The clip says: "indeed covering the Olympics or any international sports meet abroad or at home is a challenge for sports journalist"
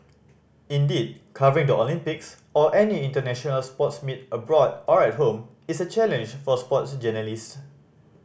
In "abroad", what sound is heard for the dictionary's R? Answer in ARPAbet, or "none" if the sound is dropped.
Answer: R